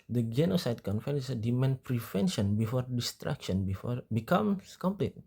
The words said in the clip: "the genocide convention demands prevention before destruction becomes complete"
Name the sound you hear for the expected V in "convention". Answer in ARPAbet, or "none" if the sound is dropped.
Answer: F